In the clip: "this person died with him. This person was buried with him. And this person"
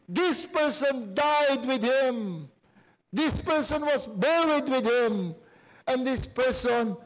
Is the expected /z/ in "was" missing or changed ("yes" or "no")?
yes